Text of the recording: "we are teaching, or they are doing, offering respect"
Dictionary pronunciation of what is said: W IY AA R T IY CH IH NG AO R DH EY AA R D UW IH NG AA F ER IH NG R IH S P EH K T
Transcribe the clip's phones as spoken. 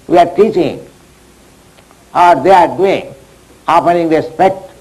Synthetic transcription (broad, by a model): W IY AA R T IY CH IH NG AO R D EY AA R D UW IH NG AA P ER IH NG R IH S P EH K T